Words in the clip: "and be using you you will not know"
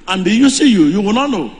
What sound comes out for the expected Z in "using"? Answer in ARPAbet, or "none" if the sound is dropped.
S